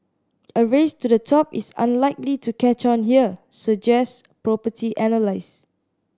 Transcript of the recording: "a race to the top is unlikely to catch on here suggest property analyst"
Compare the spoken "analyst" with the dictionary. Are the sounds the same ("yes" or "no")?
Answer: no